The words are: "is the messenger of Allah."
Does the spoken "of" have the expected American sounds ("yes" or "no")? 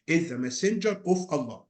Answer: no